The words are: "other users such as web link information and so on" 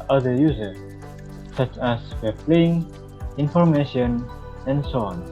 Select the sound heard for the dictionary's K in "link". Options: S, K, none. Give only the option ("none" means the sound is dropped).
none